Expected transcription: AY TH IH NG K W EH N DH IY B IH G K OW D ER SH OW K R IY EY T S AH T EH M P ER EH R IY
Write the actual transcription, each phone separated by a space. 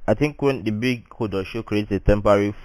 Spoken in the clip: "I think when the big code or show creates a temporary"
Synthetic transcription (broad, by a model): AY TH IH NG K W EH N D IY B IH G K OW D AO SH OW K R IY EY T AH T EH M P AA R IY